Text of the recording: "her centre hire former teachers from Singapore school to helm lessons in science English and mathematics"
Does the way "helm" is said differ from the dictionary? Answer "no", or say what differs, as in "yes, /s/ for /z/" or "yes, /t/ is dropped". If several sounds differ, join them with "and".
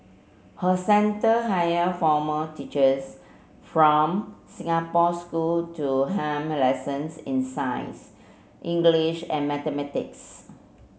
yes, /l/ is dropped